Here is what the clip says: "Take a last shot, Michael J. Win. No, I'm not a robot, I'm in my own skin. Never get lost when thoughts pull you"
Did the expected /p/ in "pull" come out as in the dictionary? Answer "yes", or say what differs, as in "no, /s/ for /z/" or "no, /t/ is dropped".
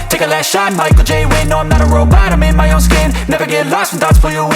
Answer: no, /f/ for /p/